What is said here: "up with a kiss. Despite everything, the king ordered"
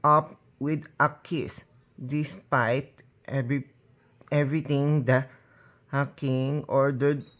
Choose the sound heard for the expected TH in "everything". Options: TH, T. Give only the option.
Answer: T